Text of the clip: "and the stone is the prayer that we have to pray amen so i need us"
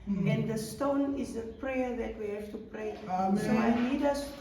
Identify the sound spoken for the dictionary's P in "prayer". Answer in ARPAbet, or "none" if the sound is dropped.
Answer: P